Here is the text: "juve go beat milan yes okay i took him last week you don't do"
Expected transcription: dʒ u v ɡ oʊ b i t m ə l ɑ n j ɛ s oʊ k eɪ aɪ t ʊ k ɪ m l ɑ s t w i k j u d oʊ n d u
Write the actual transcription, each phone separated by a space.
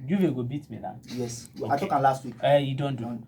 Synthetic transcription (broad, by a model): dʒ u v ɡ oʊ b i t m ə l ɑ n j ɛ s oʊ ɑ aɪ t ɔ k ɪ l ɑ s t w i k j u d oʊ n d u